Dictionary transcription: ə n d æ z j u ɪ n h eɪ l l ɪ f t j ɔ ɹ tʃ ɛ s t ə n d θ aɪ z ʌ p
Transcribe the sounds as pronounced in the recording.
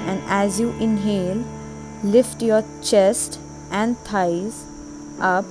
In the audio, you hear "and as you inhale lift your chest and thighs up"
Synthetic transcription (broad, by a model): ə n d æ z j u ɪ n h eɪ l l ɪ f t j ɔ ɹ tʃ ɛ s t ə n d t aɪ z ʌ p